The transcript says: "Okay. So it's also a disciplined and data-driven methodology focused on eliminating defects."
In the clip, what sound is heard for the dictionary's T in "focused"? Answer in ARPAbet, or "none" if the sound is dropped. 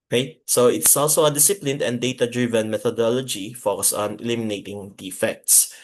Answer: none